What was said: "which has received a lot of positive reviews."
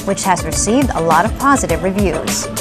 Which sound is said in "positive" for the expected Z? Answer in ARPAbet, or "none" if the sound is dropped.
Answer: Z